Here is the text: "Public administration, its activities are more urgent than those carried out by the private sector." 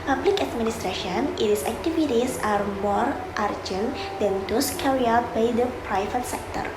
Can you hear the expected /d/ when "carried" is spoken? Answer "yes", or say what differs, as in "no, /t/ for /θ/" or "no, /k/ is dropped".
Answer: no, /d/ is dropped